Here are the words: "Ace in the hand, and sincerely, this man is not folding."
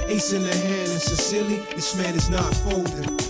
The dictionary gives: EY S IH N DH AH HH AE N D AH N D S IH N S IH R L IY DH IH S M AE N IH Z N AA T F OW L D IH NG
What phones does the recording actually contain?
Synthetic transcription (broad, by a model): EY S IH N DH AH HH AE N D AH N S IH S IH L IY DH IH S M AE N IH Z N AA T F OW L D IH